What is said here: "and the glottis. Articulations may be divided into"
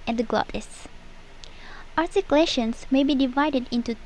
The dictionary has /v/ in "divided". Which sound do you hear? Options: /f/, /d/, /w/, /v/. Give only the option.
/v/